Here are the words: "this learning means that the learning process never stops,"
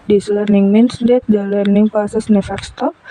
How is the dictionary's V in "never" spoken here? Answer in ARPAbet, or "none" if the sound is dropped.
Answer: F